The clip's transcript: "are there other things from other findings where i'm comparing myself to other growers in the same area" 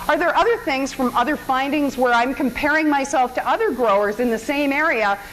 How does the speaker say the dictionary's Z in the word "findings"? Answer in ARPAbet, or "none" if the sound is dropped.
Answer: Z